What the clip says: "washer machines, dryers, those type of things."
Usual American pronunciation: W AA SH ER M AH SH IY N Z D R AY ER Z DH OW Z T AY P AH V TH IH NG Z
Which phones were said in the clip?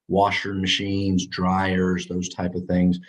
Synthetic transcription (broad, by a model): W AA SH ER M AH SH IY N Z D R AY ER Z DH OW Z T AY P AH V TH IH NG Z